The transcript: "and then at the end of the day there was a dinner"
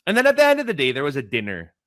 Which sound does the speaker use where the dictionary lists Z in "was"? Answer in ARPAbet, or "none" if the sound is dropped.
Z